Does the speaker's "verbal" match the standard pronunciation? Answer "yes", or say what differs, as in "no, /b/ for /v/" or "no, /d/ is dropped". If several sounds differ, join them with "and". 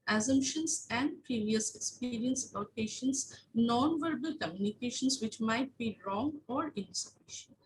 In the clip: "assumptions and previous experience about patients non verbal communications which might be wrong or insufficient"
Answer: yes